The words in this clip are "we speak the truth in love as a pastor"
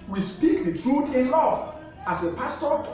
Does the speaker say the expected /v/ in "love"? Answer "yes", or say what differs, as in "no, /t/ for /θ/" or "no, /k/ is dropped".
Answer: no, /v/ is dropped